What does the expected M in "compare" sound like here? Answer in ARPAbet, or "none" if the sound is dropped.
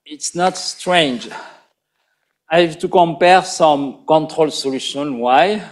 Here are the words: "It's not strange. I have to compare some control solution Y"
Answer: M